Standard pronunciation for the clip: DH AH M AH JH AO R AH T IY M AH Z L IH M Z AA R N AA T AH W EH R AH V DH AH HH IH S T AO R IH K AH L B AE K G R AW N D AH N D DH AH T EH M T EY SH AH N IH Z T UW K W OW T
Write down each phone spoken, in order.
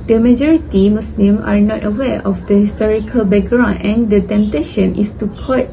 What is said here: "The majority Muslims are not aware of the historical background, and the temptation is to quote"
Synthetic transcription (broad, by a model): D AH M AH JH AO R AH T IY M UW S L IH M AA R N AA T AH W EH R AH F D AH HH IH S T AO R IH K AH L B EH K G R AW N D AH N D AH T EH M T EY SH AH N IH S T UW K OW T